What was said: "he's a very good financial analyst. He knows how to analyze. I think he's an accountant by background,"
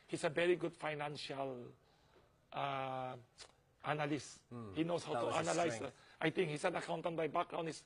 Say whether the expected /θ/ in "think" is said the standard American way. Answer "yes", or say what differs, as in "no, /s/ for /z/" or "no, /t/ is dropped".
no, /t/ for /θ/